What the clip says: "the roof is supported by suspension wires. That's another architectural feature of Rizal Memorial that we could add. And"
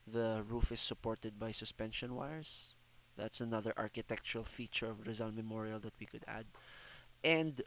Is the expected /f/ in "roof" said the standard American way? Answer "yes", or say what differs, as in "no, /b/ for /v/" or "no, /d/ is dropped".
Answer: yes